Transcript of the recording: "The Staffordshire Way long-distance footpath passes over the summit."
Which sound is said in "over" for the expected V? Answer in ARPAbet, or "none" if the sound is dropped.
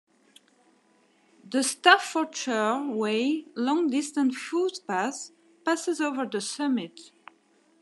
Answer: V